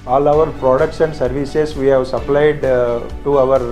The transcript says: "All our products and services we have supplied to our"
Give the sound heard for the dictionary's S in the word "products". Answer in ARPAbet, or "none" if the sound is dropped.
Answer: SH